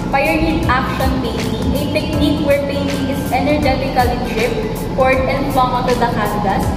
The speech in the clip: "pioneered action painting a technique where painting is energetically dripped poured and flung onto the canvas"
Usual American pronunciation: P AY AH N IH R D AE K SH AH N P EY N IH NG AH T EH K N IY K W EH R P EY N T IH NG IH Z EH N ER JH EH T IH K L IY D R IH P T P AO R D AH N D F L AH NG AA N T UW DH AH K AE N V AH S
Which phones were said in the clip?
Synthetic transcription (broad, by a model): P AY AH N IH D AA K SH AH N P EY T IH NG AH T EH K N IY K W EH R P EY N T IH NG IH S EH N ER JH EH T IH K L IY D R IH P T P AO R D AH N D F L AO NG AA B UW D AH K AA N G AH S